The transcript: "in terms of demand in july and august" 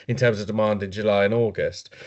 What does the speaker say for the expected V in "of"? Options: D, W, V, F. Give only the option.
V